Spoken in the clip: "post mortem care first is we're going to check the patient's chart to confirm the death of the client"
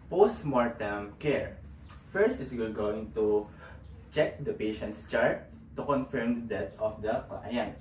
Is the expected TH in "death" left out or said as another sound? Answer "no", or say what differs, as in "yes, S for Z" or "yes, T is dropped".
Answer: yes, T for TH